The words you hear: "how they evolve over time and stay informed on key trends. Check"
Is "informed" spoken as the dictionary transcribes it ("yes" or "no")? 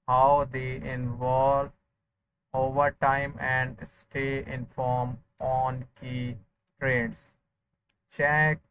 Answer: no